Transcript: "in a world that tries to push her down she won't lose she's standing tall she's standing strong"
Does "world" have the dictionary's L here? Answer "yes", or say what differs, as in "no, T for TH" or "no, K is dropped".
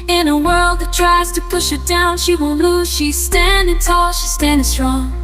yes